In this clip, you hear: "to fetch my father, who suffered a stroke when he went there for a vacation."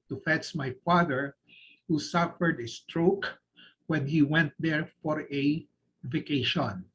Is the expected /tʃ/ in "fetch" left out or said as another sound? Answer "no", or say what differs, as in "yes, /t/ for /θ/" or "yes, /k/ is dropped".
yes, /s/ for /tʃ/